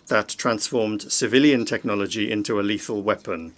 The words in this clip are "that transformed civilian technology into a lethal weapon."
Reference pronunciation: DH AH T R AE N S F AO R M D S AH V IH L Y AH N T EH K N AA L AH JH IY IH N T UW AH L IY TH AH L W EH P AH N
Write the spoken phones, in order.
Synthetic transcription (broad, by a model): DH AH T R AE N S F AO M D S AH V IH L Y AH N T EH K N AA L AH JH IY IH N T UW AH L IY TH AH L W EH P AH N